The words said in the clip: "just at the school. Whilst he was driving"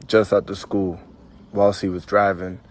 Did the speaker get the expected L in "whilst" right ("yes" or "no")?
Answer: yes